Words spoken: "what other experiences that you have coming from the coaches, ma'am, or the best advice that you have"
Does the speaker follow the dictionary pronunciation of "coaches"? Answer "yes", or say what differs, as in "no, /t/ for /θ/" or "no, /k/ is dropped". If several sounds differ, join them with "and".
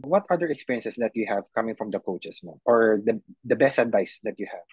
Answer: no, /s/ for /z/